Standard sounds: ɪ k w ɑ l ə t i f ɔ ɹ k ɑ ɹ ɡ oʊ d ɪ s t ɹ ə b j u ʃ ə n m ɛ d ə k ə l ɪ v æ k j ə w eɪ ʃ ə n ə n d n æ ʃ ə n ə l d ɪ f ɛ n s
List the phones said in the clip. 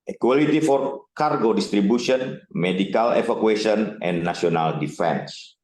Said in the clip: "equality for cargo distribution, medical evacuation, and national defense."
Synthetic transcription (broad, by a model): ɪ k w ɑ l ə t i f ɔ ɹ k ɑ ɹ ɡ oʊ d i s t ɹ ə b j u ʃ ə n m ɛ d ə k ə l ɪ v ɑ k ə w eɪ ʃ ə n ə n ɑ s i ə n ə l d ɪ f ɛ n s